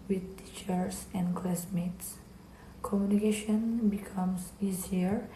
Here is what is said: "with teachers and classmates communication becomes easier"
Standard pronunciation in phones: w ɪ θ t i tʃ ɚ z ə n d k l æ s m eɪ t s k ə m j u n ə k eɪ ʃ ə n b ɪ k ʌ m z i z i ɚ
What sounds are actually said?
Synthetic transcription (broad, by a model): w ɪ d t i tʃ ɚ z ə n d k l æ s m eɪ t s k ə m j u n ə k eɪ ʃ ə n b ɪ k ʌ m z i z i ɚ